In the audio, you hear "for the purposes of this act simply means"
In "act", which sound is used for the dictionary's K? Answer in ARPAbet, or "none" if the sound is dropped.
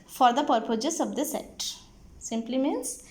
none